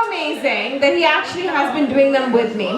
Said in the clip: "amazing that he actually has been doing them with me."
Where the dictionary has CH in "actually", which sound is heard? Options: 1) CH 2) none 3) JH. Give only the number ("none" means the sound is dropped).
1